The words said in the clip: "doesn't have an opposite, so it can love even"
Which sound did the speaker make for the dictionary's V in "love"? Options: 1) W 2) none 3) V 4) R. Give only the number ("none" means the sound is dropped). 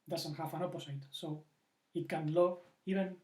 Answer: 2